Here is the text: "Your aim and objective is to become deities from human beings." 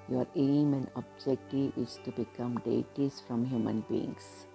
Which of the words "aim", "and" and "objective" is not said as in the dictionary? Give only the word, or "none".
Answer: objective